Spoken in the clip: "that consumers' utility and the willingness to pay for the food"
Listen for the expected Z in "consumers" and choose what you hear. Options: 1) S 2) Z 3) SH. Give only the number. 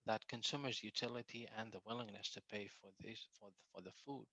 2